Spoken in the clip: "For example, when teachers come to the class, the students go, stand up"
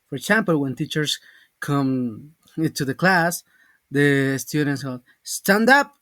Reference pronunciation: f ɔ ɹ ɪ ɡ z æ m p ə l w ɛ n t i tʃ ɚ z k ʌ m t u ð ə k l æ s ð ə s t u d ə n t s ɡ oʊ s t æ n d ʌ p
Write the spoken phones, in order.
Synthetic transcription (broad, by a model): f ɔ ɹ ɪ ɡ s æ m p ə l w ɛ n t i tʃ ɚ s k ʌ m t u ð ə k l æ s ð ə s t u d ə n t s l s t æ n d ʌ p